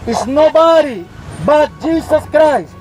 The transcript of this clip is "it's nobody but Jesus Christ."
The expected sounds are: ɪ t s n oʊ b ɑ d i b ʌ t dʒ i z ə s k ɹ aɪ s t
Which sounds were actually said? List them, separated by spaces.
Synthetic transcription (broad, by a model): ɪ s n oʊ b ɑ d i b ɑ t dʒ i s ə s k ɹ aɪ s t